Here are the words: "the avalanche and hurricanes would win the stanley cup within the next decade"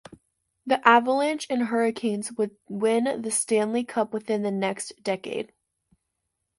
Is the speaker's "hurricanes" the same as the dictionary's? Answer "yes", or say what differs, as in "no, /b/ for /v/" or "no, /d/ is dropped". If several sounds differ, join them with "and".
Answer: yes